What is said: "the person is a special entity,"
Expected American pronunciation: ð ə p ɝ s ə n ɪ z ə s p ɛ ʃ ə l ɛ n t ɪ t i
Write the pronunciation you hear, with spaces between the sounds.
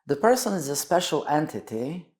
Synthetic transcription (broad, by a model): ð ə p ɝ s ə n ɪ z ə s p ɛ ʃ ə l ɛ n t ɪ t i